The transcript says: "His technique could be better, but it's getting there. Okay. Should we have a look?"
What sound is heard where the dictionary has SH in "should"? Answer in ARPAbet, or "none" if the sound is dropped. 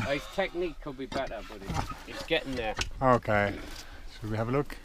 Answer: S